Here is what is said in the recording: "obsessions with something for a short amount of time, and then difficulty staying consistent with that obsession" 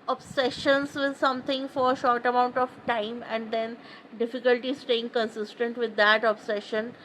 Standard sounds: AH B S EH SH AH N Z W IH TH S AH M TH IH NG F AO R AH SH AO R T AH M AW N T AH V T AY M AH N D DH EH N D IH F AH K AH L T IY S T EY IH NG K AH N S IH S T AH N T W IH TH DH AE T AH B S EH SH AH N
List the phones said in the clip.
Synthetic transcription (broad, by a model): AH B S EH SH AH N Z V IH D S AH M T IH NG F AO R AH SH AO R T AH M AW N T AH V T AY M AH N D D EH N D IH F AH K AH L T IY S T EY IH NG K AH N S IH S T AH N T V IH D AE T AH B S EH SH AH N